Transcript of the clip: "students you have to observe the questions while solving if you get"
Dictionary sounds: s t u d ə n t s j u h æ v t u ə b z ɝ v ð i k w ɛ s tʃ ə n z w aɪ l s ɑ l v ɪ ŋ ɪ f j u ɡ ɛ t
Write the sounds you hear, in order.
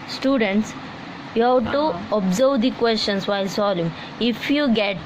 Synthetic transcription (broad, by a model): s t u d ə n t s j u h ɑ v t u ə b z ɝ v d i k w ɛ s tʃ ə n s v aɪ l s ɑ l ɪ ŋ ɪ f j u ɡ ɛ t